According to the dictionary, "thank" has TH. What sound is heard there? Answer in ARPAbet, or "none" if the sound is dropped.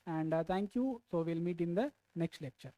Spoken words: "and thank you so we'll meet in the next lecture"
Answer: T